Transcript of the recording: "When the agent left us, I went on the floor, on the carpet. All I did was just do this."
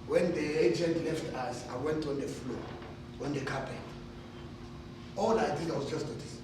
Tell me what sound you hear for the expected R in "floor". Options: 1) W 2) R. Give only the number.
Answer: 1